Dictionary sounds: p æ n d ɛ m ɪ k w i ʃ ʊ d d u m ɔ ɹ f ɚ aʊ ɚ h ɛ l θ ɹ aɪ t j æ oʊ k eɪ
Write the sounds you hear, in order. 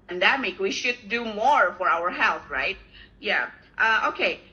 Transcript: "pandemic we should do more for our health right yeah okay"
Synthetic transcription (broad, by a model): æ n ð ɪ m ɪ k w i ʃ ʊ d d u m ɔ ɹ f ɚ aʊ ɚ h ɛ l θ ɹ aɪ t j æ oʊ k eɪ